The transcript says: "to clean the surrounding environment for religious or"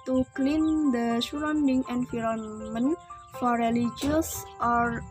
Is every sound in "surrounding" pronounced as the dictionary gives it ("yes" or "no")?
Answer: no